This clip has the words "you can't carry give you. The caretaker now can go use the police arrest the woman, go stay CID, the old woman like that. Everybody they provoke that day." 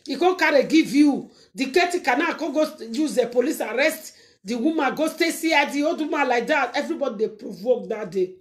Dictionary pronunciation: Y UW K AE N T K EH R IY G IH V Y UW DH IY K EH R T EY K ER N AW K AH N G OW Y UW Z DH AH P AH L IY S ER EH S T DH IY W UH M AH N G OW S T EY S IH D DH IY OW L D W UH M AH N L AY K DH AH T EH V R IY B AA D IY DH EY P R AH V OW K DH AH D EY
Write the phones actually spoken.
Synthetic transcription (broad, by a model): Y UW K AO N K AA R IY G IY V Y UW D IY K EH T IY K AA N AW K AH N G OW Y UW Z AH P AH L IY S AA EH S T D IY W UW M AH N G OW S T EY S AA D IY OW D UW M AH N L AY K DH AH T EH V R IY B AA D IY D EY P R AH V OW K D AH D EY